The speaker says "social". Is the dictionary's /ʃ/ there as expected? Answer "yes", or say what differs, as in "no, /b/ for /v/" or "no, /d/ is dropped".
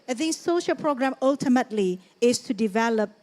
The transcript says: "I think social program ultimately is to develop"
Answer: yes